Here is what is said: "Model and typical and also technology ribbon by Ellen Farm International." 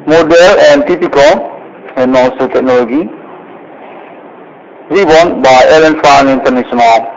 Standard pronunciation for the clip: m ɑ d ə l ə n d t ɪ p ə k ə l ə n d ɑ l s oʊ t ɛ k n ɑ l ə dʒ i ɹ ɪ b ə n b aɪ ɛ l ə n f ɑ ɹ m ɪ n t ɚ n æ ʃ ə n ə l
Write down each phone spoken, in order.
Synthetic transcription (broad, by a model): m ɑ d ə l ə n t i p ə k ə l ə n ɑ s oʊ t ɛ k n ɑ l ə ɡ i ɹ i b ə n b aɪ ɛ l ə n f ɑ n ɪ n t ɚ n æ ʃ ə n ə l